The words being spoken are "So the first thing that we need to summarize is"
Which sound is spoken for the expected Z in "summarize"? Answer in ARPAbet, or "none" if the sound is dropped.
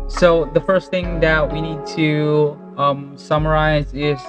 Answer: Z